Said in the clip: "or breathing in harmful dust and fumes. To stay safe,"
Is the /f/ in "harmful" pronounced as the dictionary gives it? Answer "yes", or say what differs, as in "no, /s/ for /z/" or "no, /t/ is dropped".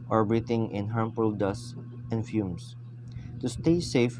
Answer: no, /p/ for /f/